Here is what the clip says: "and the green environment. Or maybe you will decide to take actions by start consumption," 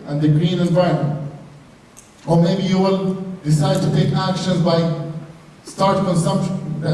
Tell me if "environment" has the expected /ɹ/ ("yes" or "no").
no